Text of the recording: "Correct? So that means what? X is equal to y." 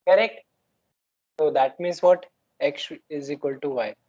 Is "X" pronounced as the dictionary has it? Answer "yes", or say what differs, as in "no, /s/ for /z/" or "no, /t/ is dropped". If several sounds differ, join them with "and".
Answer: no, /ʃ/ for /s/